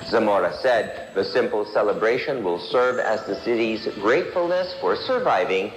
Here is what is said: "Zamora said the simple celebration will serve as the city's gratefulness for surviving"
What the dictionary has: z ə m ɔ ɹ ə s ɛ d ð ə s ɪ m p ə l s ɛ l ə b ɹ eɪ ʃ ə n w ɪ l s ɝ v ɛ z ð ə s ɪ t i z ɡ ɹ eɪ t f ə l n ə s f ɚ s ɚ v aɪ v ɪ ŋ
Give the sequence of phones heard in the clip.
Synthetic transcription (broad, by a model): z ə m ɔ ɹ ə s ɛ d ð ə s ɪ m p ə l s ɛ l ə b ɹ eɪ ʃ ə n w ɪ l s ɝ v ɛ z ð ə s ɪ t i z ɡ ɹ eɪ t f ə l n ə s f ɚ s ɚ v aɪ v ɪ ŋ